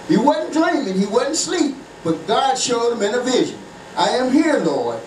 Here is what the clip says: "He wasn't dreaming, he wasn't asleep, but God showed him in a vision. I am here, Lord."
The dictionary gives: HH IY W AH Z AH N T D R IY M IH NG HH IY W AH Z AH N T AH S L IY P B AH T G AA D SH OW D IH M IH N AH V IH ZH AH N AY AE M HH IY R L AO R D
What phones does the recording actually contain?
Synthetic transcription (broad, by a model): HH IY W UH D N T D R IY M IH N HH IY W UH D N T S L IY P B AH T G AA D SH OW D IH M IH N AH V IH ZH AH N AY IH M HH IY R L AO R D